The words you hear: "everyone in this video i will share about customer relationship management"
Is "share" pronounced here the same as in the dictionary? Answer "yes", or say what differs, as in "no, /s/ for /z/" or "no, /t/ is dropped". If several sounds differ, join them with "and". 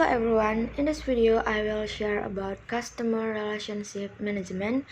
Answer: yes